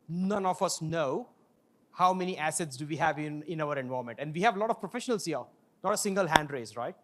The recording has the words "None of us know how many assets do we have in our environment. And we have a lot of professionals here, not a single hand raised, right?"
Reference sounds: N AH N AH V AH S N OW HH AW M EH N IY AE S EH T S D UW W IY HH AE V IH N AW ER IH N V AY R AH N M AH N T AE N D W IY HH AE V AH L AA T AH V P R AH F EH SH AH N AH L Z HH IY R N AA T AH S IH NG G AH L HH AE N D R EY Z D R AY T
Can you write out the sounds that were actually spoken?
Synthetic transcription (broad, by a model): N AH N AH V AH S N OW HH AW M EH N IY AE S EH T S D UW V IY HH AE V IH N AW ER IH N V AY AH M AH N T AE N D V IY HH AE V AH L AA T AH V P R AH F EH SH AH N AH L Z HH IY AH N AA T AH S IH NG G AH L HH AE N D R EY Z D R AY T